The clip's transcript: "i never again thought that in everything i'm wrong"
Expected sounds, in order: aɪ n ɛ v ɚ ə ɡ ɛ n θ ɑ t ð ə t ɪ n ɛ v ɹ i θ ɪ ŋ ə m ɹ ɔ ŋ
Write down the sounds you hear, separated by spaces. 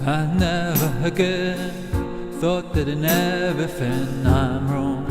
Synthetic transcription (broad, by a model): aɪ n ɛ v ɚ ə ɡ ɛ n θ ɑ t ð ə t ɪ n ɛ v i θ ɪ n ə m ɹ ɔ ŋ